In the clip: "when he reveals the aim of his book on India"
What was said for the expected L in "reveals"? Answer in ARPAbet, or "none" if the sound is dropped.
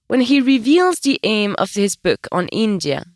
L